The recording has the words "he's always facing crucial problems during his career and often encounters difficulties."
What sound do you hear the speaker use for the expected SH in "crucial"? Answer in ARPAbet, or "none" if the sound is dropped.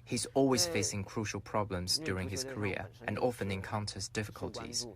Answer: SH